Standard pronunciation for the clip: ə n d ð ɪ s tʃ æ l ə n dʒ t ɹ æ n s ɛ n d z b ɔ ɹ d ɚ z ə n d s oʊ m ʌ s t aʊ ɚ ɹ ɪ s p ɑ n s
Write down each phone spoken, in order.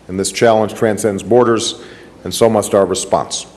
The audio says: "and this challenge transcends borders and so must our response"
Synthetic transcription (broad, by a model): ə n ð ɪ s tʃ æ l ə n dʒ t ɹ æ n s ɛ n d z b ɔ ɹ d ɚ z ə n s oʊ m ʌ s t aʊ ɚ ɹ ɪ s p ɑ n s